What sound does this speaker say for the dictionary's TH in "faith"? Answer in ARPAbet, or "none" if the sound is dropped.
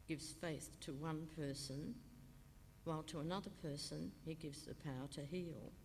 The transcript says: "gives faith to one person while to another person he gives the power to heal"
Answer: TH